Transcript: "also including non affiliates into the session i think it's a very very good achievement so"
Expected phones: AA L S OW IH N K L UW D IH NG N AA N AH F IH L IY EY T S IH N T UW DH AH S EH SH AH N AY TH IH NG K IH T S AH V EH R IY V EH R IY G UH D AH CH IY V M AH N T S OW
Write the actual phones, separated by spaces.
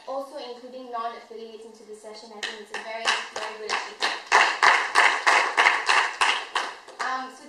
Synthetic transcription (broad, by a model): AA L S OW IH N K L UW D IH NG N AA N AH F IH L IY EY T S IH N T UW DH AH S EH SH AH N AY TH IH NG IH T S AH V EH R IY V EH R IY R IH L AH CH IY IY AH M S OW